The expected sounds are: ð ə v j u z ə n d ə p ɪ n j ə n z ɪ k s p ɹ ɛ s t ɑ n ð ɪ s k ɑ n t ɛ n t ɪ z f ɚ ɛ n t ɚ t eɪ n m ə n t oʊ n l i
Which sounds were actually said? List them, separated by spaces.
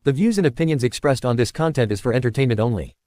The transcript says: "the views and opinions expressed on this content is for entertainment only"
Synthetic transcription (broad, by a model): ð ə v j u z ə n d ə p ɪ n j ə n z ɪ k s p ɹ ɛ s t n ð ɪ s k ɑ n t ɛ n t ɪ z f ɚ ɛ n t ɚ t eɪ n m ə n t oʊ n l i